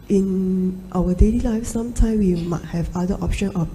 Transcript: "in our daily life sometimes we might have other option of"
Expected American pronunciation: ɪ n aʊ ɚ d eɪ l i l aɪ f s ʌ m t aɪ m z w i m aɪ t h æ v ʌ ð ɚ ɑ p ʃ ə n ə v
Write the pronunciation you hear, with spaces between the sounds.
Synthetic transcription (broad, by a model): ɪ n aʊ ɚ d eɪ l i l aɪ f s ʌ m t aɪ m w i m aɪ t h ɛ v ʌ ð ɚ ɑ p ʃ ə n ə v